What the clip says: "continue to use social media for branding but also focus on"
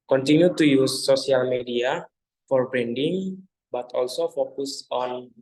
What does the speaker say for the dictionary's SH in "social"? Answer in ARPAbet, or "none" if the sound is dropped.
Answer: none